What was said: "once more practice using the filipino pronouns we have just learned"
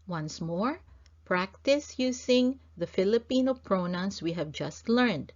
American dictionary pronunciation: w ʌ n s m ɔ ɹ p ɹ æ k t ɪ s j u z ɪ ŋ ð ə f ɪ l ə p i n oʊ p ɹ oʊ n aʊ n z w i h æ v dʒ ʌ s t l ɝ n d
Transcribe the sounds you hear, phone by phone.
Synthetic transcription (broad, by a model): w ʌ n s m ɔ ɹ p ɹ æ k t ɪ s j u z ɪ ŋ ð ə f ɪ l ə p i n oʊ p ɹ oʊ n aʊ n s w i h æ v dʒ ʌ s t l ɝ n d